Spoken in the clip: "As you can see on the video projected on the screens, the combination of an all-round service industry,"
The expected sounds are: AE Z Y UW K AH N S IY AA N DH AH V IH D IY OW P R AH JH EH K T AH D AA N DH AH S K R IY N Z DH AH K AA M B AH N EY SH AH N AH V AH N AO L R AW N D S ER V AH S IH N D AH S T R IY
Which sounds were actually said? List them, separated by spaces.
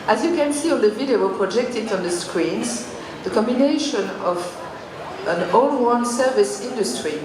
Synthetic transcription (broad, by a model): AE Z Y UW K AH N S IY AA N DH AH V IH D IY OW P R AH JH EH K T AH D AA N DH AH S K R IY N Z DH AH K AA M B AH N EY SH AH N AH V AH N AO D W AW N S ER V AH S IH N D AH S T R IY